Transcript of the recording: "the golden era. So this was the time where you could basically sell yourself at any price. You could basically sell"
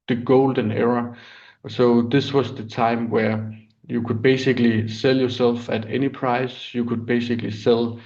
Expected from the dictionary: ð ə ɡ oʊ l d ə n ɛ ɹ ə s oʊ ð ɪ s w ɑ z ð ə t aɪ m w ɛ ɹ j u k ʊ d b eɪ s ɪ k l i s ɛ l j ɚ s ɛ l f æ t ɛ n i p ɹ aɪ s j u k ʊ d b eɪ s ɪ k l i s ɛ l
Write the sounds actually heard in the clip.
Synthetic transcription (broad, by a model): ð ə ɡ oʊ l d ə n ɛ ɹ ə s oʊ ð ɪ s w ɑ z ð ə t aɪ m w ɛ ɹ j u k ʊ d b eɪ s ɪ k l i s ɛ l j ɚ s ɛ l f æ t ɛ n i p ɹ aɪ s j u k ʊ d b eɪ s ɪ k l i s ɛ l